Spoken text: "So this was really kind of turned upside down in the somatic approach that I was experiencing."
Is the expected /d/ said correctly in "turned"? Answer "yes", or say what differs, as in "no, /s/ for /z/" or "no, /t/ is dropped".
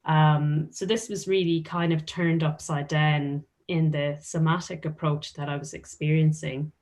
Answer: yes